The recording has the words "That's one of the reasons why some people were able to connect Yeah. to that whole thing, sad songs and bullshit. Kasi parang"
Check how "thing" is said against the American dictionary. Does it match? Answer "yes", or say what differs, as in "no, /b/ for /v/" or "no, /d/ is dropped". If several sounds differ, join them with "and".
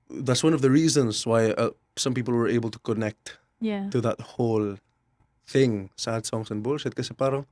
yes